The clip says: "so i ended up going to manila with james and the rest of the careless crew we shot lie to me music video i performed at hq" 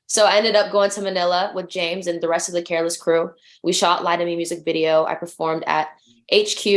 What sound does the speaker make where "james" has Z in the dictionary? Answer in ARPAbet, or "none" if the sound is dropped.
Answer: Z